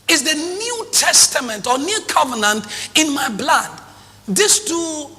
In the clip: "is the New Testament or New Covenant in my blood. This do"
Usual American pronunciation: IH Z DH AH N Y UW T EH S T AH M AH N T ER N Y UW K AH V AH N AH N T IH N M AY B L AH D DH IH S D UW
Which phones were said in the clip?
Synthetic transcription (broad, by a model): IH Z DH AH N Y UW T EH S T AH M AH N T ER N Y UW K AH V AH N AH N T IH N M AY B L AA D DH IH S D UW